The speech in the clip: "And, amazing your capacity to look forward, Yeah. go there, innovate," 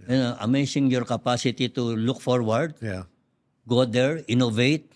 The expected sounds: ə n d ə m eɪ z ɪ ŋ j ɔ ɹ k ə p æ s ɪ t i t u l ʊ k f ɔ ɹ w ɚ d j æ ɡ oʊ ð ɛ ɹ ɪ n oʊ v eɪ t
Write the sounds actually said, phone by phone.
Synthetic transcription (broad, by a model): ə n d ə m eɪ s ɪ ŋ j ɔ ɹ k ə p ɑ s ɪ t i t u l ʊ k f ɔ ɹ w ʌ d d ɡ oʊ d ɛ ɹ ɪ n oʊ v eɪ t